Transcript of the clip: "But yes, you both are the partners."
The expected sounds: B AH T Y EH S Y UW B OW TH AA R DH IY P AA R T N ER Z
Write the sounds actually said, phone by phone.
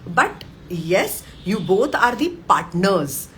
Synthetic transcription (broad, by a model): B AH T Y EH S Y UW B OW T AA R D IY P AA R T N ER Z